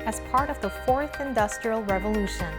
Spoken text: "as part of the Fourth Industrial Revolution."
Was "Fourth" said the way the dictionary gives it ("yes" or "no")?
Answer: yes